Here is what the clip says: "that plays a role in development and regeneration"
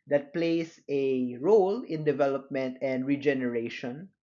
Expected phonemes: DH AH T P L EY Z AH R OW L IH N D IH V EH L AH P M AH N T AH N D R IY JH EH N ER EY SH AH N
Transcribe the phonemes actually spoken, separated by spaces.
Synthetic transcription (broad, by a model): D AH T P L EY S AH R OW L IH N D IH V EH L AH P M AH N T AH N D R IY JH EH N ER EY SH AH N